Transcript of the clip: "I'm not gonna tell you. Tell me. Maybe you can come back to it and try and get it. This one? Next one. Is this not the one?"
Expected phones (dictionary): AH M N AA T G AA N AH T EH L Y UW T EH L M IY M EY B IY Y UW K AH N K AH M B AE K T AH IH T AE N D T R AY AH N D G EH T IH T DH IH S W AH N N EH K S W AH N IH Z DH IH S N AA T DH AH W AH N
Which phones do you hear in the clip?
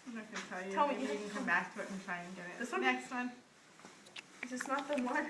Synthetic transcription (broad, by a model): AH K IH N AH T EH L Y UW T EH L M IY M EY IY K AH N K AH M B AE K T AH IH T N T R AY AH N G EH T IH T DH IH S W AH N N EH K S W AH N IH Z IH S N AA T DH AH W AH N